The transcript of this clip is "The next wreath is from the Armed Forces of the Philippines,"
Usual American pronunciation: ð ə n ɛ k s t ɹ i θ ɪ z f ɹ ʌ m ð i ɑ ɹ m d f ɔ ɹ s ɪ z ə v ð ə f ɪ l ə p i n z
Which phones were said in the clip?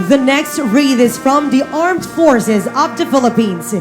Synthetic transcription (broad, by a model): ð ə n ɛ k s t ɹ i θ ɪ z f ɹ ʌ m ð i ɑ ɹ m d f ɔ ɹ s ɪ z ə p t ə f ɪ l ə p i n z